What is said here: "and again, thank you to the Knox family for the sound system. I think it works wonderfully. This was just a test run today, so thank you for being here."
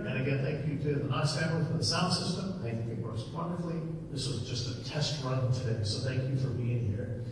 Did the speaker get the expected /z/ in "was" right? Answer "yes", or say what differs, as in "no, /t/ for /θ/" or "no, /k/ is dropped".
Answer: yes